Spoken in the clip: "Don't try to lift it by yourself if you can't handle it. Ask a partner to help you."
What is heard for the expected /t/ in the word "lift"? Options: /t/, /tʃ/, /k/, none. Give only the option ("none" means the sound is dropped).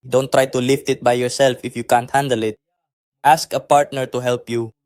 /t/